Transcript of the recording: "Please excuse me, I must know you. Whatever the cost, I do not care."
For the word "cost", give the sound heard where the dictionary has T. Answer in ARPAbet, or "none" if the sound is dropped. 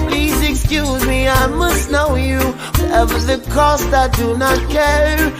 T